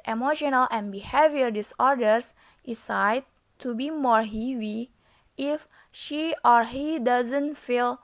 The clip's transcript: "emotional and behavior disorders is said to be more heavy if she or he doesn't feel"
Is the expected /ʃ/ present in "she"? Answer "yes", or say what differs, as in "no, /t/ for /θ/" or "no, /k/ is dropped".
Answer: yes